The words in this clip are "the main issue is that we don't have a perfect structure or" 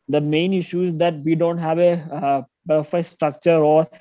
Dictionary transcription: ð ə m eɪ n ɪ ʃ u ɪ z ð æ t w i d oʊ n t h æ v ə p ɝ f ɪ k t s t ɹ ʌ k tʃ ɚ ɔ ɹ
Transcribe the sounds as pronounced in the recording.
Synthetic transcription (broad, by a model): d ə m eɪ n ɪ ʃ u ɪ z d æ t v i d oʊ n t h æ v ə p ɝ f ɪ s t ɹ ʌ k tʃ ɚ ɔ ɹ